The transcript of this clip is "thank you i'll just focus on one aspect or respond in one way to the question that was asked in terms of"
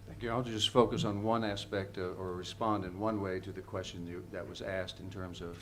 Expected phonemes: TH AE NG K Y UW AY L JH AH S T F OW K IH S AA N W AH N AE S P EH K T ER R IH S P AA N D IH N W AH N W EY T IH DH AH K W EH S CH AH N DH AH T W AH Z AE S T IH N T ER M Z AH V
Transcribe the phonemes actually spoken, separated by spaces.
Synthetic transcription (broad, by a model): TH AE NG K Y UW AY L JH AH S T F OW K IH S N W AH N AE S P EH K T ER R IH S P AA N D IH N W AH N W EY T IH DH AH K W EH S CH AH N DH AH T W AH Z AE S T IH N T ER M Z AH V